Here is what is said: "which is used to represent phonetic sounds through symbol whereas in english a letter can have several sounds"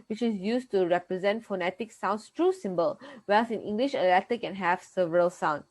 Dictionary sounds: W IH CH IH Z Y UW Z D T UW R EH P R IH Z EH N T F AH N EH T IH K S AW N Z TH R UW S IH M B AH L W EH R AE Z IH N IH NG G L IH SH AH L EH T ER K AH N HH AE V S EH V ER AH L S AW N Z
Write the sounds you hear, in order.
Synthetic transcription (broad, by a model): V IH CH IH Z Y UW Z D T UW R EH P R IH Z EH N T F AH N EH T IH K S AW N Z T R UW S IH M B AH L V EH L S IH N IH NG G L IH SH AH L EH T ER K AH N HH AE V S EH V ER AH L S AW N